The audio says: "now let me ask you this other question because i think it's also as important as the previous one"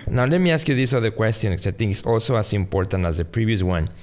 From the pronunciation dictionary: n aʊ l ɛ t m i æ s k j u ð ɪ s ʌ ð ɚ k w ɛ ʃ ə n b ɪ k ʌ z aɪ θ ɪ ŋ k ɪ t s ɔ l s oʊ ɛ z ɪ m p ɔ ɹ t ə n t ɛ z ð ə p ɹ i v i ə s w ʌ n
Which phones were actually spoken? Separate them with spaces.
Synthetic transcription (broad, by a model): n aʊ l ɛ t m i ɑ s k j u ð ɪ s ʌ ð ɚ k w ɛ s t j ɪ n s aɪ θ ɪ ŋ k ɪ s ɔ l s oʊ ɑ s ɪ m p ɔ ɹ t ə n t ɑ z ð ə p ɹ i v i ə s w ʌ n